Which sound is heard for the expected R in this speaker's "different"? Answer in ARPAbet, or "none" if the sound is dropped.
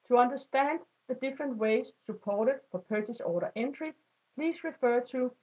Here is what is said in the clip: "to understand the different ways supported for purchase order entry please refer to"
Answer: R